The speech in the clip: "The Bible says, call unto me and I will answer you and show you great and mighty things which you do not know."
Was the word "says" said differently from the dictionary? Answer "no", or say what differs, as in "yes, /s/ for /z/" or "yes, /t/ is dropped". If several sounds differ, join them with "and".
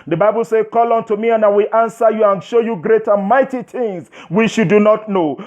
yes, /z/ is dropped